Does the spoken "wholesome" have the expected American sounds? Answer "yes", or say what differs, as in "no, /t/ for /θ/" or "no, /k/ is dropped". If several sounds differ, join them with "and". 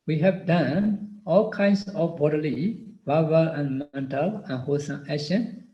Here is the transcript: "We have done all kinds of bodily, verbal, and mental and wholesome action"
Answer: no, /l/ is dropped